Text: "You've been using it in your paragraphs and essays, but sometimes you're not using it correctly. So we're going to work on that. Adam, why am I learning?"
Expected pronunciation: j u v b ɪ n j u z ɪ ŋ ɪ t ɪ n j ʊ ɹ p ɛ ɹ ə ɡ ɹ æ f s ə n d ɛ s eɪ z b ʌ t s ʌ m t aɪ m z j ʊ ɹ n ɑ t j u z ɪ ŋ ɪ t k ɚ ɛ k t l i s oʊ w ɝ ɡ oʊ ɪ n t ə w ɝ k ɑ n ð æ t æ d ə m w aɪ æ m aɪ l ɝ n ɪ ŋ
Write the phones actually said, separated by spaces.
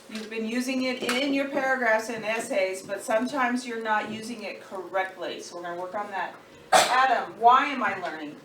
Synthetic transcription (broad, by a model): j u v b ɪ n j u z ɪ ŋ ɪ t ɪ n j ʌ ɹ p ɛ ɹ ə ɡ ɹ æ f s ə n ɛ s eɪ z b ʌ t s ʌ m t aɪ m z j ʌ ɹ n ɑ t j u z ɪ ŋ ɪ t k ɚ ɛ k t l i s oʊ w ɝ ɡ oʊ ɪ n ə w ɝ k n ð æ t æ d ə m w aɪ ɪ m aɪ l ɝ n ɪ ŋ